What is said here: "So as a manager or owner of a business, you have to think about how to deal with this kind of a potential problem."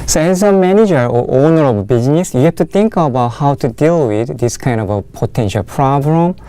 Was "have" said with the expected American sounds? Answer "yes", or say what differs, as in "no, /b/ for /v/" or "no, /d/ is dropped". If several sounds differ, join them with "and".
no, /f/ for /v/